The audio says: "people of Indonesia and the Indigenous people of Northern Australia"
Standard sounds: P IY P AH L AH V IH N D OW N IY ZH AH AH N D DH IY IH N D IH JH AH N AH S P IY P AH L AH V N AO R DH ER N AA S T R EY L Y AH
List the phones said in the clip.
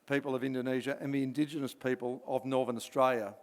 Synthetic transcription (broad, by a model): P IY P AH L AH V IH N D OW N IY ZH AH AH N DH IY IH N D IH JH AH N AH S P IY P AH L AH V N AO R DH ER N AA S T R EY L Y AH